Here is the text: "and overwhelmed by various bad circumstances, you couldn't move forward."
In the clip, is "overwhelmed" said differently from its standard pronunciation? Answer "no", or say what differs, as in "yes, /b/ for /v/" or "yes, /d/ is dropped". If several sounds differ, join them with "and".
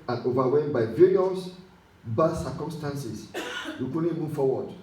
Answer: yes, /l/ is dropped